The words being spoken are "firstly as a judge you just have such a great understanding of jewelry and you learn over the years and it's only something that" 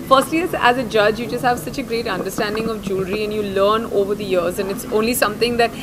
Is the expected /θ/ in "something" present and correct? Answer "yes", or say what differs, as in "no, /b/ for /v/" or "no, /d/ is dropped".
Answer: no, /t/ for /θ/